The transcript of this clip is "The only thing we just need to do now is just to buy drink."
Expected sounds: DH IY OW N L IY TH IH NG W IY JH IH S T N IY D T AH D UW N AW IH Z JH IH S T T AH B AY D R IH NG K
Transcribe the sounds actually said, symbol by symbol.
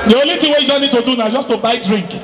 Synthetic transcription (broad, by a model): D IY OW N L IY T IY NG W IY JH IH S N IY D T AH D UW N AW IH Z JH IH S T T AH B AY D R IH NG K